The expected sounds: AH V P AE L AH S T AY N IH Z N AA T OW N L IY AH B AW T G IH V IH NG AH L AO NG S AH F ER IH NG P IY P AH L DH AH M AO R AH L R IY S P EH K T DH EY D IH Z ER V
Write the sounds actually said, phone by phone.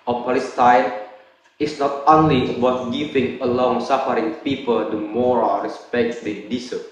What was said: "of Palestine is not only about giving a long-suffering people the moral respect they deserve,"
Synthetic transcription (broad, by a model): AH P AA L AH S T AY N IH S N AA T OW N L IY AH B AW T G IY P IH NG AH L AO NG S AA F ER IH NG P IY P AH L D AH M AO R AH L R IY S P EH K T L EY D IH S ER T